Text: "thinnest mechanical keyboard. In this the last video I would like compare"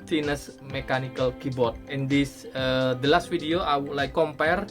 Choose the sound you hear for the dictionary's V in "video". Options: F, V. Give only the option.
F